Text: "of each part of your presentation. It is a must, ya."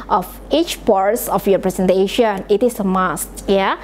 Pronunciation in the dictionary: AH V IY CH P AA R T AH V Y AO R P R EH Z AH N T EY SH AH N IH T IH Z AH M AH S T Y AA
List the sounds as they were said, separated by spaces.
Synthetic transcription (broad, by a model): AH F IY CH P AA R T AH F Y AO P R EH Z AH N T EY SH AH N IH T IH S AH M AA S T Y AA